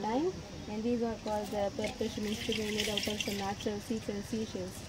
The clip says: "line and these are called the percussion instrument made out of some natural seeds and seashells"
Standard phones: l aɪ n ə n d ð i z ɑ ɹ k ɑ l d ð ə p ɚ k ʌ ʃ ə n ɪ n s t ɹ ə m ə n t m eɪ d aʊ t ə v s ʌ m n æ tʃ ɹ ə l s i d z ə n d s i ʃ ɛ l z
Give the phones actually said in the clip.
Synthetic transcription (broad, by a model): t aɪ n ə n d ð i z ɑ ɹ k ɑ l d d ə p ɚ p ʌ s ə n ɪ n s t ə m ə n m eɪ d aʊ t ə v s ʌ m n æ tʃ ɹ ə l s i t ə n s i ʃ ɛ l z